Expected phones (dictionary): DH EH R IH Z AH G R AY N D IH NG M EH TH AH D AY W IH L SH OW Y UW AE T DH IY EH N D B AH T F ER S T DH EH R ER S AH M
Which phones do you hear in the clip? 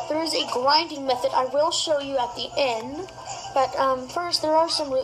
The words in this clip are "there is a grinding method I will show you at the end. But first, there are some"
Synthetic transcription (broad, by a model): DH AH R IH Z AH G L AY N D IH NG M EH TH AH D AY W IH L SH OW Y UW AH T DH IY EH N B AH T F ER S T DH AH R ER S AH M